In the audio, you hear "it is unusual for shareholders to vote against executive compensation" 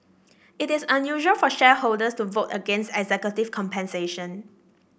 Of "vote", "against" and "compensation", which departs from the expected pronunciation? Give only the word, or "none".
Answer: none